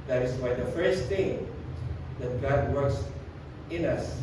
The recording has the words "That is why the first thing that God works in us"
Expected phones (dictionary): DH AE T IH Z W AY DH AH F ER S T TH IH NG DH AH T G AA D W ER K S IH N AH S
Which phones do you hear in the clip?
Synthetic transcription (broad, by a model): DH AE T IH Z W AY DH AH F ER S T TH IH NG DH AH T G AA D W ER K S IH N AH S